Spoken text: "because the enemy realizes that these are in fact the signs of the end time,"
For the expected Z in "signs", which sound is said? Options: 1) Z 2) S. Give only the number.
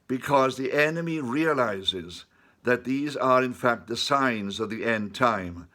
1